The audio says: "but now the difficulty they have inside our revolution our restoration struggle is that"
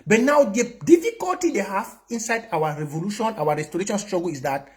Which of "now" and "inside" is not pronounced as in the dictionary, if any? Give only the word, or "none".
none